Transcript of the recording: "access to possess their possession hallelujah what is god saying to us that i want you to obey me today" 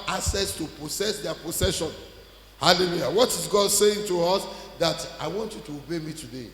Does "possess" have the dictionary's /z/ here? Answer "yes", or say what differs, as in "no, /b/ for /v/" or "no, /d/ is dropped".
no, /s/ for /z/